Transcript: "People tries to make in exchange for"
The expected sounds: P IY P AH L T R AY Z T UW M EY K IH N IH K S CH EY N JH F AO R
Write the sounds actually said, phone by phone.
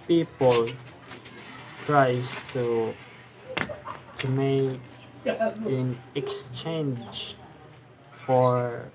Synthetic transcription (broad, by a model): P IY P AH L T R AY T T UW M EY IH N IH K S CH EY N JH F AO R